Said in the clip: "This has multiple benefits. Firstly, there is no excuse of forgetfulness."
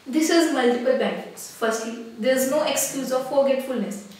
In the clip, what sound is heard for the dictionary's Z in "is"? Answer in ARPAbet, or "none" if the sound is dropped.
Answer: Z